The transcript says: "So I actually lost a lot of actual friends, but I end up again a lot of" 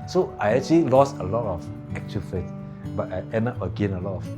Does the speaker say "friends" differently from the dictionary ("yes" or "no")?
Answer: yes